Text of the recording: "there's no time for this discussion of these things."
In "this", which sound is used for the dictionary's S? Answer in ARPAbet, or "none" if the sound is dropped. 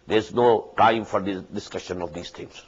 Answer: none